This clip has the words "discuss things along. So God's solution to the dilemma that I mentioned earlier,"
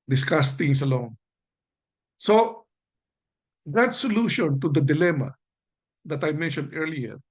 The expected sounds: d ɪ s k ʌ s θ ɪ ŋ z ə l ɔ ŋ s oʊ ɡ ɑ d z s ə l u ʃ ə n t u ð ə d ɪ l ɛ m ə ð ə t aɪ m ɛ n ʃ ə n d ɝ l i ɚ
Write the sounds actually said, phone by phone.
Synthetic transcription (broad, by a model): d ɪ s k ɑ s t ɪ ŋ s ə l ɔ ŋ s oʊ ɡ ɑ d s ə l u ʃ ə n t u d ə d ɪ l ɛ m ə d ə t aɪ m ɛ n ʃ ə n d ɝ l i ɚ